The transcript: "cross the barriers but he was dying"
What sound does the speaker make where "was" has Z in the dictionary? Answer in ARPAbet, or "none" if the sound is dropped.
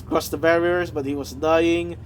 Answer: Z